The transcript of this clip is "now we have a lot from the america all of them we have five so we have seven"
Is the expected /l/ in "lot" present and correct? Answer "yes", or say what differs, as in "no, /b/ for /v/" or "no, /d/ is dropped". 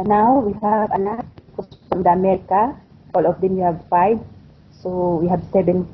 no, /n/ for /l/